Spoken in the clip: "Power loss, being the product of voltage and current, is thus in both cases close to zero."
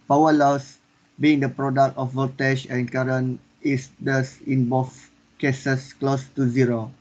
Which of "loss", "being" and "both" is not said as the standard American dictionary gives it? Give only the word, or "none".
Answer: both